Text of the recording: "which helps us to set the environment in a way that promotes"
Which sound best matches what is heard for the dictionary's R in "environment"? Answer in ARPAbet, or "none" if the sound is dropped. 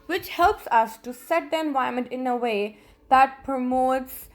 none